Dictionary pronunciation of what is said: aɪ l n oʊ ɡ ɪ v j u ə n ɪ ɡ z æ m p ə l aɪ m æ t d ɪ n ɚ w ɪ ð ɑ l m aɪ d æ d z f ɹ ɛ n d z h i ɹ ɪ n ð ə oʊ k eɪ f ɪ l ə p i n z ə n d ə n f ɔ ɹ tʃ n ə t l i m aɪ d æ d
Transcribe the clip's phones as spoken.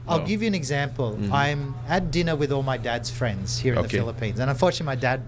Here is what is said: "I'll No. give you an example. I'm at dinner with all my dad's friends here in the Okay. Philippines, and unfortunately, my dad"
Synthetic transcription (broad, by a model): aɪ l ɡ ɪ v j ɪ ə n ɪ ɡ z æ m p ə l aɪ m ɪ t d ɪ n ɚ w ɪ ð ɑ l m aɪ d æ d z f ɹ ɛ n d z h i ɹ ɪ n ð ə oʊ f ɪ l ə p i n z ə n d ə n f ɔ ɹ tʃ ə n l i m aɪ d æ d